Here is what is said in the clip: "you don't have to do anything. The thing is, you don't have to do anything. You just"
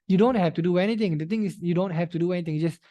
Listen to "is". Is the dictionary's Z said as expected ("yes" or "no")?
no